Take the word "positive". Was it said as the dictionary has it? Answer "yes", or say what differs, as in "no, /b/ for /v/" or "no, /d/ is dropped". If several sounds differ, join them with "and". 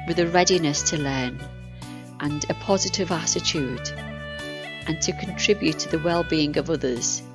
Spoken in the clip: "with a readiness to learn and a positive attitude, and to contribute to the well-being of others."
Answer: yes